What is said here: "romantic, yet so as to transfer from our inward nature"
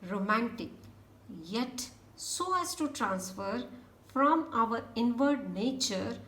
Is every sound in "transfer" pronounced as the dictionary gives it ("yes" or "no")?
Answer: yes